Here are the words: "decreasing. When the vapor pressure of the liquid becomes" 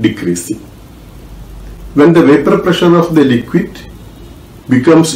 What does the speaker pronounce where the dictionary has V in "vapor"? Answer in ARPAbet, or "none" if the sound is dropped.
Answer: V